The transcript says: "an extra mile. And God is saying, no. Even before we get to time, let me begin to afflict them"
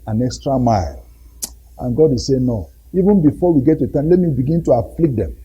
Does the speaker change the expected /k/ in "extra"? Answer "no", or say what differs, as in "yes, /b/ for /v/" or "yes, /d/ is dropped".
no